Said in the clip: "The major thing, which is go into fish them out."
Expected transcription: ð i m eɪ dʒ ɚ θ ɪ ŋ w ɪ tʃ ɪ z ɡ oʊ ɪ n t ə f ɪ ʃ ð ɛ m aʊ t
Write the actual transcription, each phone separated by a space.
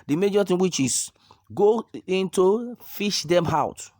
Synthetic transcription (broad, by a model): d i m eɪ dʒ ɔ t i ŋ w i tʃ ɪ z ɡ oʊ ɪ n t ə f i ʃ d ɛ m aʊ t